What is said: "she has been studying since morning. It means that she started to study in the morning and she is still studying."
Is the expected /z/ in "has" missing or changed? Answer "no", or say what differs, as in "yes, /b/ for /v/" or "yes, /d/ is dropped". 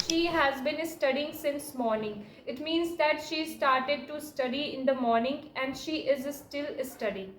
no